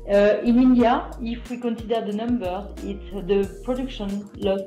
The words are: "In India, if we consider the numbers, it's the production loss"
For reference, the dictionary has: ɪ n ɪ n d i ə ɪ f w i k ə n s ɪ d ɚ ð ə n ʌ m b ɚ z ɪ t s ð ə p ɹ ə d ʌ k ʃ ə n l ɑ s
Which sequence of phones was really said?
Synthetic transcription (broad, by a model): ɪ n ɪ n d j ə ɪ f w i k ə n s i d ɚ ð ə n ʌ m b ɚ ɪ t s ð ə p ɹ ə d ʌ k ʃ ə n l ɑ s